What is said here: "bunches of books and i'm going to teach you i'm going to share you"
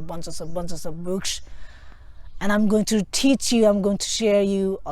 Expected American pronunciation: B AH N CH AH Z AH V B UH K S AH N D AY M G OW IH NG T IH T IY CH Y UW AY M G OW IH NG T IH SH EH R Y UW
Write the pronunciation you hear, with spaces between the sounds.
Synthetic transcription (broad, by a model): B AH N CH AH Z AH V B UH K S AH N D AY M G OW IH NG T IH T IY CH Y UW AY M G OW IH NG T IH SH EH R Y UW